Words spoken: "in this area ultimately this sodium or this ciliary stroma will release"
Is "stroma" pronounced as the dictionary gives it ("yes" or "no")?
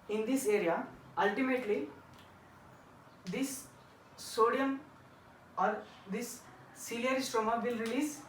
yes